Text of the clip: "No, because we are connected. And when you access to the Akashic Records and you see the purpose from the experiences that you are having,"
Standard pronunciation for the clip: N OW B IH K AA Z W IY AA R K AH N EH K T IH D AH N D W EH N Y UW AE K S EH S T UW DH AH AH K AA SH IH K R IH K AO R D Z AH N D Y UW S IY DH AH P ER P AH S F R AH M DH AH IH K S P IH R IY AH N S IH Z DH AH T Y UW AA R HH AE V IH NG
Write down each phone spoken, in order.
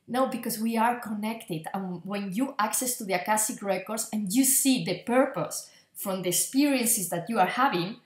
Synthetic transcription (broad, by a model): N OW B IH K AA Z W IY AA R K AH N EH K T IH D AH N W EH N Y UW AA K S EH S T UW DH AH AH K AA S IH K R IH K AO R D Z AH N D Y UW S IY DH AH P ER P AH S F R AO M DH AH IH K S P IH R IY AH N S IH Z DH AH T Y UW AA R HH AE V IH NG